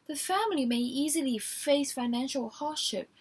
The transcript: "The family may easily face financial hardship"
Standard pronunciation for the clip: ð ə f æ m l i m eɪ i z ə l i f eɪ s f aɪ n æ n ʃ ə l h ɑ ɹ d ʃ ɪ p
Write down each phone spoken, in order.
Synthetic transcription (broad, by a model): ð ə f æ m l i m eɪ i z ə l i f eɪ s f aɪ n æ n ʃ ə l h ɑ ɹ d ʃ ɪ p